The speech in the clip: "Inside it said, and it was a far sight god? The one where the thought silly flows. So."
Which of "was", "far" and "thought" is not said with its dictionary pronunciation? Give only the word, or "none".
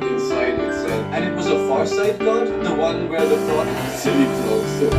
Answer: thought